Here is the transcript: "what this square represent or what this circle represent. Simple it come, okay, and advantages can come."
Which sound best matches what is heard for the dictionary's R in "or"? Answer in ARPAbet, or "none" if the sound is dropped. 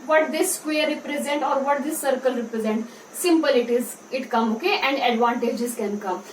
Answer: R